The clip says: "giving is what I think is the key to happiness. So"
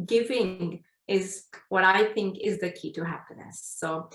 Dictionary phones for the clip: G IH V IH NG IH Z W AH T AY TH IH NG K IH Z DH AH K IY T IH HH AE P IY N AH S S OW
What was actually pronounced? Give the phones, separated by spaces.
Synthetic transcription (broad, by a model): G IH V IH NG IH Z W AH T AY TH IH NG K IH Z DH AH K IY T IH HH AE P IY N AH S S OW